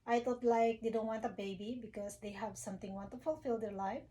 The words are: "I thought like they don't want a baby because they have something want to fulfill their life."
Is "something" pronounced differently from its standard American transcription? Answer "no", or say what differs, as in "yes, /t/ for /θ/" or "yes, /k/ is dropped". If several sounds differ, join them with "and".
yes, /t/ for /θ/